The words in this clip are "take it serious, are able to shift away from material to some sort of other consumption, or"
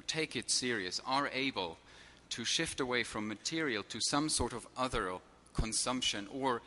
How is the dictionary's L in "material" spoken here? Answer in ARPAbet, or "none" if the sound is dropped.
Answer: L